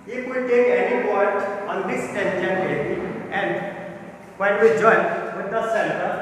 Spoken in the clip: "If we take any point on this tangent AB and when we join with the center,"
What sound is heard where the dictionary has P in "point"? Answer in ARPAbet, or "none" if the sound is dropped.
B